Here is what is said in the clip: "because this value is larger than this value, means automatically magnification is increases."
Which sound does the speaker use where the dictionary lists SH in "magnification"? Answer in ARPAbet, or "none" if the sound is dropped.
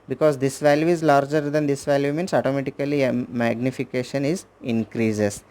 SH